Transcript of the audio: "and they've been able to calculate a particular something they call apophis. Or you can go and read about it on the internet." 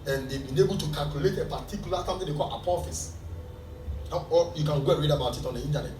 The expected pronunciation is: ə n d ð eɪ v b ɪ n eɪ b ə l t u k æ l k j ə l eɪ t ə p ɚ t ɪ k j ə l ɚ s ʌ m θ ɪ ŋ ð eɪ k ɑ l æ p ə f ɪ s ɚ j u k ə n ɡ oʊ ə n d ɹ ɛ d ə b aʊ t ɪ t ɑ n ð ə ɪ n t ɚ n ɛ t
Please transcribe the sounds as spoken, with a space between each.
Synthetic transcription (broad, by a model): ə n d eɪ b ɪ n eɪ b ə l t u k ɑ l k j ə l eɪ t ə p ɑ t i k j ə l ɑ s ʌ m t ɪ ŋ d eɪ k ɑ l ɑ p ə f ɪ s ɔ j u k ə n ɡ oʊ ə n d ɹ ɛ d ə b aʊ t ɪ t ɑ n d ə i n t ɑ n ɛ t